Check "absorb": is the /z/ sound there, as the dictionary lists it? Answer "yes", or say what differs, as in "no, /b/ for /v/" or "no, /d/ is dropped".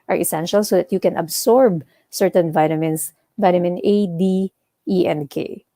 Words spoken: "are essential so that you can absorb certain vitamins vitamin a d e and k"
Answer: no, /s/ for /z/